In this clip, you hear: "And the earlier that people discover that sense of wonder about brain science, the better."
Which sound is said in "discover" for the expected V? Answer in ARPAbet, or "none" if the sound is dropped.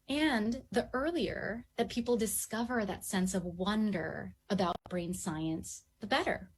V